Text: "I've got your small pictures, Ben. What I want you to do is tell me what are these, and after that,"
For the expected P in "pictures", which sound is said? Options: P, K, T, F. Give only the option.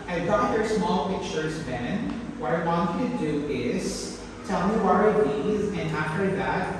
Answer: P